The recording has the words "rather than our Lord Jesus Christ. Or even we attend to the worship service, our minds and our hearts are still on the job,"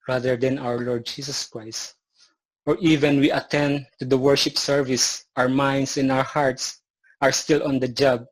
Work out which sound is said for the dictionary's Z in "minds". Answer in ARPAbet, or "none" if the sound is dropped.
S